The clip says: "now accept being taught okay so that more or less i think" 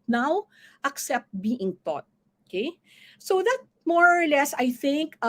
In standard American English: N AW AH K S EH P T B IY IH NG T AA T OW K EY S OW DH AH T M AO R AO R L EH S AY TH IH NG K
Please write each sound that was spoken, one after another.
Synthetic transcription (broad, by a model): N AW AH K S EH P T B IY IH NG T AA T OW K EY S OW DH AH T M AO R AO R L EH S AY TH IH NG K